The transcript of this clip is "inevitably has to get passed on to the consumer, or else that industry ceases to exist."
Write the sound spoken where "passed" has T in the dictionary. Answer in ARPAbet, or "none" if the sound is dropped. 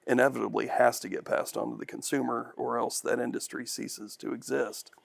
T